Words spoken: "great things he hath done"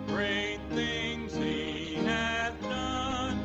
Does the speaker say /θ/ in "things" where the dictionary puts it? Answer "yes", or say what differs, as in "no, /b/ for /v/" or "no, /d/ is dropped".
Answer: yes